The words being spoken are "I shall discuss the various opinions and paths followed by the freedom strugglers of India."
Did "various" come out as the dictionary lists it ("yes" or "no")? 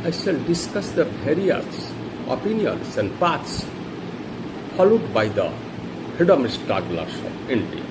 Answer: no